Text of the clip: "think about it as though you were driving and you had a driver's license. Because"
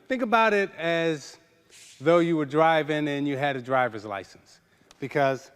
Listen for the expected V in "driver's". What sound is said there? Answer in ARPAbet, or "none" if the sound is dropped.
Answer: V